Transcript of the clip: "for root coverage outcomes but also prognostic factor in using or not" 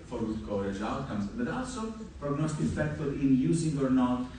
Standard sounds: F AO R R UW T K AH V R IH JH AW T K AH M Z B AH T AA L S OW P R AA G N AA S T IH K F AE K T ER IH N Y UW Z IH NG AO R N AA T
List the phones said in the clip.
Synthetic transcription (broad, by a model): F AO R W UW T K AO R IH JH AW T K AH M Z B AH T AA L S OW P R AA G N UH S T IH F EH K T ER IH N Y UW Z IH NG AO R N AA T